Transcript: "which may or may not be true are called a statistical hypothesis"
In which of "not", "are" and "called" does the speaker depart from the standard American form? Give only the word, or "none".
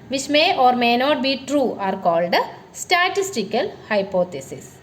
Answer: none